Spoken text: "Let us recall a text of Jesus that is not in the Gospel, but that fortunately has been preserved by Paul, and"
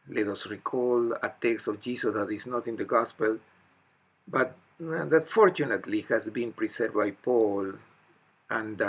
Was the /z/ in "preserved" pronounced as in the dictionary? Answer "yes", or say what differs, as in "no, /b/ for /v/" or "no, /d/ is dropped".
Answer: no, /s/ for /z/